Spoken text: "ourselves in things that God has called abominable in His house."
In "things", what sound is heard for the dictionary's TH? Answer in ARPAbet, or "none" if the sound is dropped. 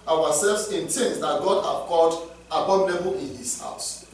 T